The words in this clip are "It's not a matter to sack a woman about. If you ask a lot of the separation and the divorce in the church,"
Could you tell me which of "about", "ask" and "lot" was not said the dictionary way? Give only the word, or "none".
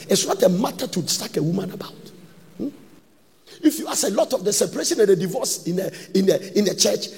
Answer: ask